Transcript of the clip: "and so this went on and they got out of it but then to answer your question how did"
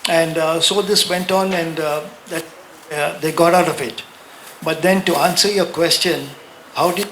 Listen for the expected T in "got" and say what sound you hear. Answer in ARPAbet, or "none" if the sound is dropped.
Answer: T